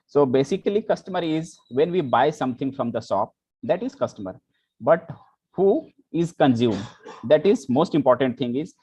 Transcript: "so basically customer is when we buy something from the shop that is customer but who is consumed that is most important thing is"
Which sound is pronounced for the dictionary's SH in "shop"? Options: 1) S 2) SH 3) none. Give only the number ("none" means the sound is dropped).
1